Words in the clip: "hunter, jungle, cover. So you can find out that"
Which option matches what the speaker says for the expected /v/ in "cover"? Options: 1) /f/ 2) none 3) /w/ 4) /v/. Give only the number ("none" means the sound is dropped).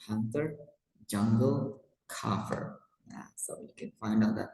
1